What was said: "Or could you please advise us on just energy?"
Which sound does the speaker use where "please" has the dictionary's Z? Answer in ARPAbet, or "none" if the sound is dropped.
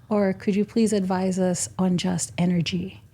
Z